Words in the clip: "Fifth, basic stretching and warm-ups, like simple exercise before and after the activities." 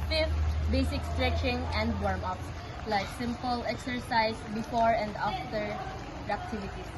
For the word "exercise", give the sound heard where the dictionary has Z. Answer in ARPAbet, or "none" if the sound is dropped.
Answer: S